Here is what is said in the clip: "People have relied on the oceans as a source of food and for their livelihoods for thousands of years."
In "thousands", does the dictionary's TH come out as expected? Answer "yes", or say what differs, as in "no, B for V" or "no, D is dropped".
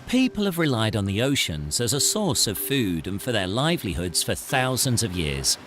yes